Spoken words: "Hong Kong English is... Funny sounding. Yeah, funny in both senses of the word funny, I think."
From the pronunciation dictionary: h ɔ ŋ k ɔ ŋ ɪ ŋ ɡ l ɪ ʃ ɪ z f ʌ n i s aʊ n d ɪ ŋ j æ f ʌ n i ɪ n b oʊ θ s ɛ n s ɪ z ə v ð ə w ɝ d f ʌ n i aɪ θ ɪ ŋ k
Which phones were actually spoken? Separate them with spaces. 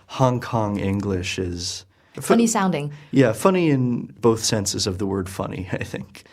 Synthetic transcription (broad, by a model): h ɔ ŋ k ɔ ŋ ɪ ŋ ɡ l ɪ ʃ ɪ z f ʌ n i s aʊ n d ɪ ŋ j æ f ʌ n i ɪ n b oʊ θ s ɛ n s ɪ z ə v ð ə w ɝ d f ʌ n i aɪ θ ɪ ŋ k